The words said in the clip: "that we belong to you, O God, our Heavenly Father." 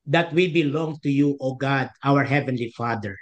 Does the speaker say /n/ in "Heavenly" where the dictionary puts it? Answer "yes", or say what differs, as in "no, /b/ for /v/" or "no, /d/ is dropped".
yes